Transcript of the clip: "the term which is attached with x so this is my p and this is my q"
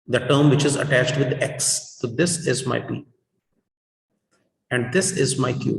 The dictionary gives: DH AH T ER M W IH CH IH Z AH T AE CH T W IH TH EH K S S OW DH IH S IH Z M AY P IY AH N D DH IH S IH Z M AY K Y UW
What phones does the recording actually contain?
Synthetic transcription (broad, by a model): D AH T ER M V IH CH IH Z AH T AE CH T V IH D EH K S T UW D IH S IH Z M AY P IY AH N D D IH S IH Z M AY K Y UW